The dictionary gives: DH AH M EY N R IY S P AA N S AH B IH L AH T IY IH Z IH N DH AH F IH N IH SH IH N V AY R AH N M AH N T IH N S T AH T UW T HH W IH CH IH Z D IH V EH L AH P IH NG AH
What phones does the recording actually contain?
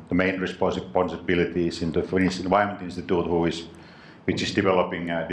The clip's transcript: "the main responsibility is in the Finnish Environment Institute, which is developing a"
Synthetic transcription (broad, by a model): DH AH M EY N R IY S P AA N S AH B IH L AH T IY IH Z IH N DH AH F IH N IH S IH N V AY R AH M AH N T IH N S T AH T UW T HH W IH CH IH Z D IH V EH L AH P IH NG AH